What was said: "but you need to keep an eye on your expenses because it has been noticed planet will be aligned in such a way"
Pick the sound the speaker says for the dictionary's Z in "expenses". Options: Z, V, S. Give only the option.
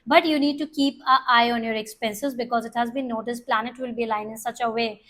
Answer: Z